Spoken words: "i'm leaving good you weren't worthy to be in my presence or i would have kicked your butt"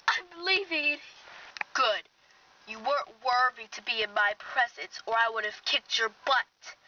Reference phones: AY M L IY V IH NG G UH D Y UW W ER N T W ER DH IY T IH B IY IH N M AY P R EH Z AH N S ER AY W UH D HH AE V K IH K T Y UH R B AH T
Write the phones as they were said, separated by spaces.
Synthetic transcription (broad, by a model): AY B L IY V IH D G UH D Y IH W ER N T W ER DH IY T IH B IY IH N M AY P R EH Z AH N S ER AY W UH D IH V K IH K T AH R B AH T